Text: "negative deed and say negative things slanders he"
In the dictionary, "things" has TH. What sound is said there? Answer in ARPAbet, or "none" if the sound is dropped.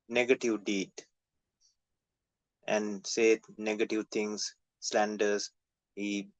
T